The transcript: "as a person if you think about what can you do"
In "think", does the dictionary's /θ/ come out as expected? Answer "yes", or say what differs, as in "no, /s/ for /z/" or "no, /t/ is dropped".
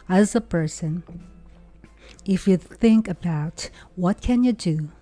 yes